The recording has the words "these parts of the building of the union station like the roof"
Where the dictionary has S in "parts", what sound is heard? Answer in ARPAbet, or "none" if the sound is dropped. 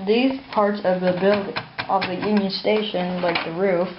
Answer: S